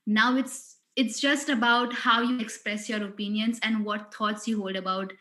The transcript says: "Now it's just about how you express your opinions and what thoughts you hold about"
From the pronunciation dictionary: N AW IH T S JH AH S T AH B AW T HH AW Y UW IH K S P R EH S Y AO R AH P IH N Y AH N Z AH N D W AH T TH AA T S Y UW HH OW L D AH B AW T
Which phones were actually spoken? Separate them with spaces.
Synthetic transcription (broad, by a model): N AW IH T S JH AH S T AH B AW T HH AW Y UW IH K S P R EH S Y AO R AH P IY N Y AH N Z AH N D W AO T T AA T S Y UW HH OW L D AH B AW T